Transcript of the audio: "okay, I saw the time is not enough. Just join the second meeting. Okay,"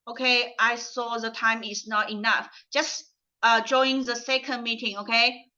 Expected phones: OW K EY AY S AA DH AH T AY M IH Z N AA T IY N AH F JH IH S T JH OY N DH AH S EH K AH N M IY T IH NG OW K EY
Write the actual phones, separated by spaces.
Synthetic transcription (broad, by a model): OW K EY AY S AA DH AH T AY M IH S N AA T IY N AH F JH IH S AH JH OY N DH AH S EH K AH N M IY T IH NG OW K EY